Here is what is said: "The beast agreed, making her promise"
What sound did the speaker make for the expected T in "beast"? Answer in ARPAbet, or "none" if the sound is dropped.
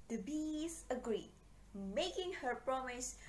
none